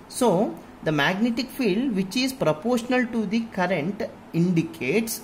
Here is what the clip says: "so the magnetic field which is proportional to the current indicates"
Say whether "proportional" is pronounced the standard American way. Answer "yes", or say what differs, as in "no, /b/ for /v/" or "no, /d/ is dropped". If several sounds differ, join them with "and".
yes